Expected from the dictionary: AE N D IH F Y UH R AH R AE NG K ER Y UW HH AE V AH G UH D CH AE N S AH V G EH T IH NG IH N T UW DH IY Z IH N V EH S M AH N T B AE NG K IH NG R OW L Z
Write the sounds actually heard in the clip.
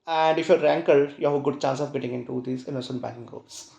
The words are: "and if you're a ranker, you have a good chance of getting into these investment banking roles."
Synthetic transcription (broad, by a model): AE N D IH F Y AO R R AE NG K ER Y UW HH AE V AH G UH D CH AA N S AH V G EH T IH NG IH N T UW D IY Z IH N AO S AH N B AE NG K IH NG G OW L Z